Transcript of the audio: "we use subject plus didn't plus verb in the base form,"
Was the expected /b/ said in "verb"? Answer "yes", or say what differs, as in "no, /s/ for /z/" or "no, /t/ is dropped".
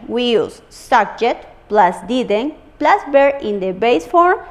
no, /b/ is dropped